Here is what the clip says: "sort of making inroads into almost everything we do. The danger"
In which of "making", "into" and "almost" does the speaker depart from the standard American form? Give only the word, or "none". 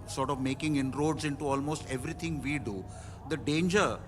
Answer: none